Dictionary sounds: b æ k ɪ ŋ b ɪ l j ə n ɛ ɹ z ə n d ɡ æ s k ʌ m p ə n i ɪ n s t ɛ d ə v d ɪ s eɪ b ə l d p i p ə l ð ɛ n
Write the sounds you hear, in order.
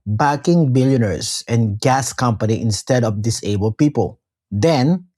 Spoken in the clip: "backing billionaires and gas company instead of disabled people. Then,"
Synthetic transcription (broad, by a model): b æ k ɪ ŋ b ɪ l j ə n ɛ ɹ s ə n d ɡ æ s k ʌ m p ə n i ɪ n s t ɛ d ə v d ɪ s eɪ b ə l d p i p ə l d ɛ n